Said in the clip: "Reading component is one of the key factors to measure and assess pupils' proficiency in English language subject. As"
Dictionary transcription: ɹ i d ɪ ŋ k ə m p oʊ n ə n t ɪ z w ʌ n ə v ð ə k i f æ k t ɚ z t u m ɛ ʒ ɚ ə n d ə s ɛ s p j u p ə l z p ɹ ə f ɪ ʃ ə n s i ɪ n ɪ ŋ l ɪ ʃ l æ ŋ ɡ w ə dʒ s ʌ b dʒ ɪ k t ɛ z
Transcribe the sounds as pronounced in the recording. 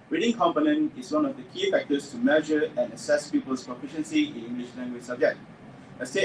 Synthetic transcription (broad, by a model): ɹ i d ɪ ŋ k ə m p oʊ n ə n t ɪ s w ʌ n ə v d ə k i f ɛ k t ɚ s t u m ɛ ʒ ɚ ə n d ə s ɛ s p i p ə l s p ɹ ə f ɪ ʃ ə n s i ɪ n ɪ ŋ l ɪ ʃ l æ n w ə s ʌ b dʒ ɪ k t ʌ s